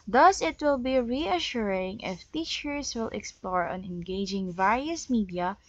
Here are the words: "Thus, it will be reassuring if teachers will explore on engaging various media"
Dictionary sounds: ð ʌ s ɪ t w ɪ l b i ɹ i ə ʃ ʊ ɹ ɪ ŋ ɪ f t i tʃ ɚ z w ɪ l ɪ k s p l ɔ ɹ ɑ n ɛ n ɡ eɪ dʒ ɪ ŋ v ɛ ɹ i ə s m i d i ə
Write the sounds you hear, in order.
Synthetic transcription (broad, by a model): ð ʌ s ɪ t w ɪ l b i ɹ i ə ʃ ʊ ɹ ɪ ŋ ɪ f t i tʃ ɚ s w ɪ l ɪ k s p l ɔ ɹ ɑ n ɛ n ɡ eɪ dʒ ɪ ŋ v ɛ ɹ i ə s m i d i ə